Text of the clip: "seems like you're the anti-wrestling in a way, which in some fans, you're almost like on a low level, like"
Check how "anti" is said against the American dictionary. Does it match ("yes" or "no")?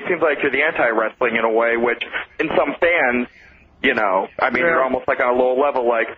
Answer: yes